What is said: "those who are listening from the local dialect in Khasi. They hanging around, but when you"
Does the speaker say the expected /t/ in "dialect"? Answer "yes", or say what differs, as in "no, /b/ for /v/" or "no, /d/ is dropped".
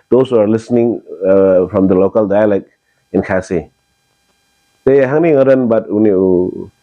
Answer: no, /t/ is dropped